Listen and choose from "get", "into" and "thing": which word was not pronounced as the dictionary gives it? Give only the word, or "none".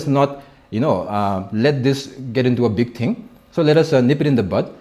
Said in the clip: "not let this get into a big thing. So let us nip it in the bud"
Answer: thing